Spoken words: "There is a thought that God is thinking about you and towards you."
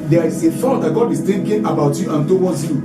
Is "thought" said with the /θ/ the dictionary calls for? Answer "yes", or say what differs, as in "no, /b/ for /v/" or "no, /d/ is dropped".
no, /f/ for /θ/